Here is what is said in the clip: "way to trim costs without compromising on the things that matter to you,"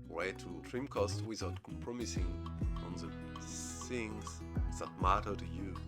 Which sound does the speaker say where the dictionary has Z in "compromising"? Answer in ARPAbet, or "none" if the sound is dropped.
S